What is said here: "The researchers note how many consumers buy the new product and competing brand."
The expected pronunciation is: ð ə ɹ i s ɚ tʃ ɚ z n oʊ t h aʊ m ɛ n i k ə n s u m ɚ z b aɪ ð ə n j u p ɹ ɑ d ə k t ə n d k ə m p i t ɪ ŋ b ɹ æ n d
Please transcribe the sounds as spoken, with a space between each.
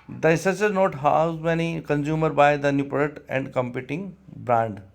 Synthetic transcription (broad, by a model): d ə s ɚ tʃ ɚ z n oʊ t h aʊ m ɛ n i k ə n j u m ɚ b aɪ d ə n j u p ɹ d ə t ə n d k ə m p i t ɪ ŋ b ɹ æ n d